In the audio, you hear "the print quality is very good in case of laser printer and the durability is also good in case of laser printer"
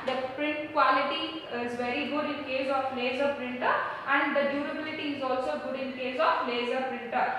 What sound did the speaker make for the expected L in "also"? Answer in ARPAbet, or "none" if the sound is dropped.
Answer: L